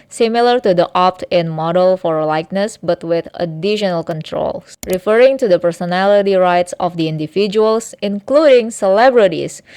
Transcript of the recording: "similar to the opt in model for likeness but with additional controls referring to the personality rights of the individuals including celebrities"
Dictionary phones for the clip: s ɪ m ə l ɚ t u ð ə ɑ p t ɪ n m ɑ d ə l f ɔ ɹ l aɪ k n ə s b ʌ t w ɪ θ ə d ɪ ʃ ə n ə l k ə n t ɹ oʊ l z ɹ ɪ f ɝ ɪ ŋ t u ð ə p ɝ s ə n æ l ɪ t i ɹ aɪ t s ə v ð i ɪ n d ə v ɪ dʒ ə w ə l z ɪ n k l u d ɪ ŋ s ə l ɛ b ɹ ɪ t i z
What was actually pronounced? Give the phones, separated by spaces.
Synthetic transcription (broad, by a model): s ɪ m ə l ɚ t u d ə ɑ p t ɪ n m ɑ d ə l f ɔ ɹ l aɪ k n ə s b ʌ t w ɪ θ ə d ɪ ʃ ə n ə l k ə n t ɹ oʊ l s ɹ ɪ f ɝ ɪ ŋ t u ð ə p ɝ s ə n æ l ɪ t i ɹ aɪ t s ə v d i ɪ n d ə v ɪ dʒ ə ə l s ɪ n k l u d ɪ ŋ s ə l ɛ b ɹ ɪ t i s